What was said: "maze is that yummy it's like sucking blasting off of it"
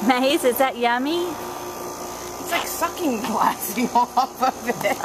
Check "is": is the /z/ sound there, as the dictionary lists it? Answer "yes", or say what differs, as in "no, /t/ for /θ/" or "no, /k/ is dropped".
no, /s/ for /z/